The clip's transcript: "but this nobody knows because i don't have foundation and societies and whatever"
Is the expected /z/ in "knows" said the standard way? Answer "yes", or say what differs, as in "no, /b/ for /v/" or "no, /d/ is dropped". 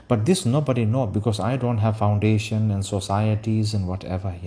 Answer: no, /z/ is dropped